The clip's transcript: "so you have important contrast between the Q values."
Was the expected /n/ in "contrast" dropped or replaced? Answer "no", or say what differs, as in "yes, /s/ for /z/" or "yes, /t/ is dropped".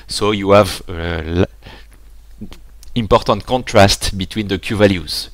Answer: no